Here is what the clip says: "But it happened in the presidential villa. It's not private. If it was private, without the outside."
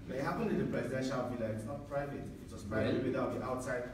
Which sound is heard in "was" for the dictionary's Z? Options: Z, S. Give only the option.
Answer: S